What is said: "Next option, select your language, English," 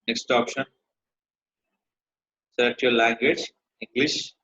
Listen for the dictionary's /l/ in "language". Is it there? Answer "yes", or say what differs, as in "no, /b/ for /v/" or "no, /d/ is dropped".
yes